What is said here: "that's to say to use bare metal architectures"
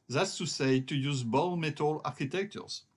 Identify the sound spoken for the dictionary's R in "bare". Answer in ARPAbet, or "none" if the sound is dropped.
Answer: L